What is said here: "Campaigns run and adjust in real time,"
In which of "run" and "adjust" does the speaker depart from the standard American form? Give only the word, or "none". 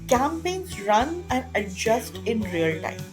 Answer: none